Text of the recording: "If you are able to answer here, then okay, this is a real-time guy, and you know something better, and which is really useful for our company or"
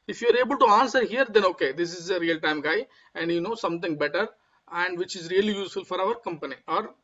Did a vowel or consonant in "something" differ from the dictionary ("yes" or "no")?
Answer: yes